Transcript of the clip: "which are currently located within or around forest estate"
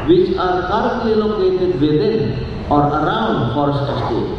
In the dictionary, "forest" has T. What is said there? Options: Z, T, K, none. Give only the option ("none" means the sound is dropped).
none